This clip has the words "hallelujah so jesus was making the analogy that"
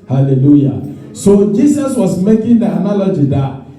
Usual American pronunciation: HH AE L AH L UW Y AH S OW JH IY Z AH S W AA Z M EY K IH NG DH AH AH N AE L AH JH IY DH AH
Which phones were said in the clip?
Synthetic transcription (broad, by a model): HH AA L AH L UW Y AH S OW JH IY S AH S W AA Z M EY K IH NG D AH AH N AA L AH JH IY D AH